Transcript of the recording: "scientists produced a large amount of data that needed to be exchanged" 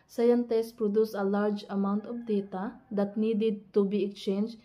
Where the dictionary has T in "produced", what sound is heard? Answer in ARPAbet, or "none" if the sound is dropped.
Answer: none